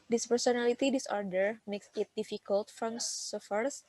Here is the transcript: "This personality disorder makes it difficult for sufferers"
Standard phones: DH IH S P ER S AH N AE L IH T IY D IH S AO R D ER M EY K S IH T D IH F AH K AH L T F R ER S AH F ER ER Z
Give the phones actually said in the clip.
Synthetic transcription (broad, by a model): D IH S P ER S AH N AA L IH T IY D IH S AO R D ER M EY K S IH T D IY F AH K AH L T F R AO S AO F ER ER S